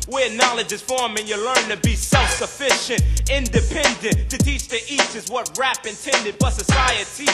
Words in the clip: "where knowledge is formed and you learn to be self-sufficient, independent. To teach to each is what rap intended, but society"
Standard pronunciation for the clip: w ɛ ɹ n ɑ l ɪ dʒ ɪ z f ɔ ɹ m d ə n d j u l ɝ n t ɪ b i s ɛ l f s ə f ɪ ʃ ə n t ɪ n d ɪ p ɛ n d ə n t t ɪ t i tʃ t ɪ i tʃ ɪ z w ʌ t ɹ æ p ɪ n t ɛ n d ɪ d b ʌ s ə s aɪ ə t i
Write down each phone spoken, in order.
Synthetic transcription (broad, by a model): w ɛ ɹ n ɑ l ɪ dʒ ɪ z f ɔ ɹ m ə n j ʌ l ɝ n t ɪ b i s ɛ l f s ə f ɪ ʃ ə n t ɪ n d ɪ p ɛ n d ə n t t ɪ t i tʃ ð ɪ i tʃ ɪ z w ʌ t ɹ æ p ɪ n t ɛ n d ɪ d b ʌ s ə s aɪ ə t i